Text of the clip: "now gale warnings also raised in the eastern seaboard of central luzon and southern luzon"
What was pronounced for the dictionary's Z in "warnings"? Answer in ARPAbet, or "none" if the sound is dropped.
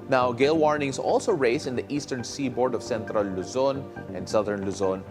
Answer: S